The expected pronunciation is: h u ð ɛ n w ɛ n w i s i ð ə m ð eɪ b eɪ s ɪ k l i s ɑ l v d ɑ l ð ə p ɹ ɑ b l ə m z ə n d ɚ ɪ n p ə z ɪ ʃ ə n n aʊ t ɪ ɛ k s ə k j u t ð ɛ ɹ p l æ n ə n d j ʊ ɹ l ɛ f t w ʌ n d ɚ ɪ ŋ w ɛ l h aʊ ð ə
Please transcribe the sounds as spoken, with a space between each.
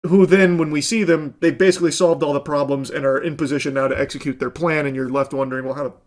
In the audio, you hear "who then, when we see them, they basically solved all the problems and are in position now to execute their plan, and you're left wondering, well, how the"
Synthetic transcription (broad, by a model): h u ð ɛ n w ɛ n w i s i ð ə m ð eɪ b eɪ s ɪ k l i s ɑ l v d ɑ l ð ə p ɹ ɑ b l ə m z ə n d ɚ ɪ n p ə z ɪ ʃ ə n n aʊ t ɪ ɛ k s ə k j u t ð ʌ ɹ p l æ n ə n j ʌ ɹ l ɛ f t w ʌ n d ɚ ɪ ŋ w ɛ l h aʊ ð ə